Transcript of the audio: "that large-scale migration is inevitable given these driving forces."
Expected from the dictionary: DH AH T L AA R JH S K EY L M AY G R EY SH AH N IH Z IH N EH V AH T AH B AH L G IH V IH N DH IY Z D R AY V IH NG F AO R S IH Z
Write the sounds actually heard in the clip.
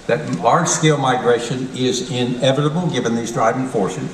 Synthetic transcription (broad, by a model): DH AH T L AA R JH S K EY L M AY G R EY SH AH N IH Z IH N EH V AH T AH B L G IH V IH N DH IY Z D R AY V IH NG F AO R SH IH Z